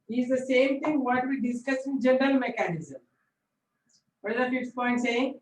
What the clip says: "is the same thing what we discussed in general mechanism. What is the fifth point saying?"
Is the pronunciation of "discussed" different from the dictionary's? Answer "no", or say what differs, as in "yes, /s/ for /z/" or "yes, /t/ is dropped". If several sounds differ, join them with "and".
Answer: yes, /t/ is dropped